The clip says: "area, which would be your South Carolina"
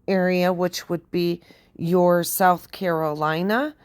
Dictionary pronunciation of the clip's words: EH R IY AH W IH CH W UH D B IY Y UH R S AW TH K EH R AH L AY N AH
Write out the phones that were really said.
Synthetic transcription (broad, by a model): EH R IY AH W IH CH W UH D B IY Y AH R S AW TH K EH R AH L AY N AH